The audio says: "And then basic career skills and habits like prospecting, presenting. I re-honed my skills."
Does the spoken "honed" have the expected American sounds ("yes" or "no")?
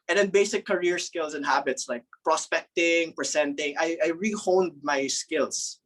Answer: yes